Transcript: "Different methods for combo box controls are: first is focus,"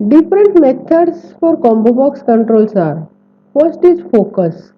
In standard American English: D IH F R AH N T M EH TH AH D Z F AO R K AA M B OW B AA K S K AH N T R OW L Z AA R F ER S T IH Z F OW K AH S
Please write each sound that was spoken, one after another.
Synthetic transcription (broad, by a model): D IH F R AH N T M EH T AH D S F AO R K AA M B OW B AA K S K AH N T R OW L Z AA R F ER S T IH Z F OW K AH S